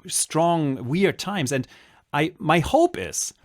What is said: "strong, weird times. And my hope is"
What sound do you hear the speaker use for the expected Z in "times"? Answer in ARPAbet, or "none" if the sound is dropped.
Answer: Z